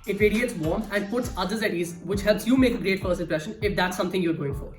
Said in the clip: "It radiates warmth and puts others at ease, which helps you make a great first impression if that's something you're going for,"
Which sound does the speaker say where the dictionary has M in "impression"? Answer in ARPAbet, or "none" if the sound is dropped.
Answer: none